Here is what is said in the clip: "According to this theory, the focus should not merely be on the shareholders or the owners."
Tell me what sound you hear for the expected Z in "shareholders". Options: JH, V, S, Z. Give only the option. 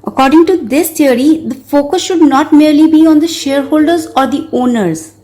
Z